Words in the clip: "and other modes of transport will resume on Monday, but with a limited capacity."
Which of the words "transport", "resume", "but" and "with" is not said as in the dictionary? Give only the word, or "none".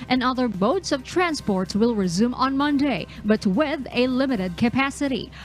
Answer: none